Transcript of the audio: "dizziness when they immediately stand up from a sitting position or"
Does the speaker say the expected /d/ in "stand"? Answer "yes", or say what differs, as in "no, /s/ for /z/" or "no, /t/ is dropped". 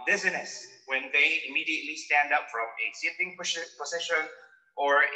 yes